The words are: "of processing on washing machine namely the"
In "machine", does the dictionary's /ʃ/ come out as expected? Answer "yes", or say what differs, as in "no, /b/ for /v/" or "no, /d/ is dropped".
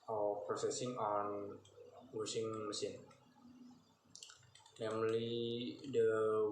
no, /s/ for /ʃ/